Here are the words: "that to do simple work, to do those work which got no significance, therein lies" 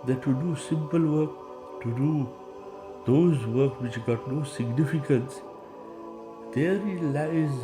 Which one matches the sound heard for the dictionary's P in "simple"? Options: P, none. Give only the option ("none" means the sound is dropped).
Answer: P